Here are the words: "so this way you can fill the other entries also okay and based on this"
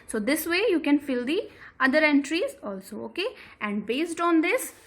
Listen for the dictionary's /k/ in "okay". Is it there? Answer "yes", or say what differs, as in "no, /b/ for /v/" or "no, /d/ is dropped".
yes